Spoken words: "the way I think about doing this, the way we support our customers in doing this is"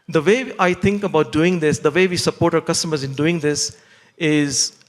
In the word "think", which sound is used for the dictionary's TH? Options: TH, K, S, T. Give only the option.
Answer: T